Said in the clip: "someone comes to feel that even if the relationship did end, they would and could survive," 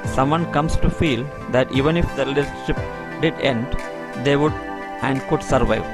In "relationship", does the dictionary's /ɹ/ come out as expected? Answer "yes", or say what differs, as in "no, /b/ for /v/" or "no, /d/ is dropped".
no, /l/ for /ɹ/